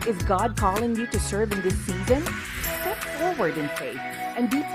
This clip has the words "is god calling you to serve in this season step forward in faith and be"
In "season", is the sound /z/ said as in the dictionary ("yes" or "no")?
yes